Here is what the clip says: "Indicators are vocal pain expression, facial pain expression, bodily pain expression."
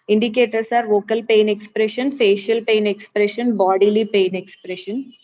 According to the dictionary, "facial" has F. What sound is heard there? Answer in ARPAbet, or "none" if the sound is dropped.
F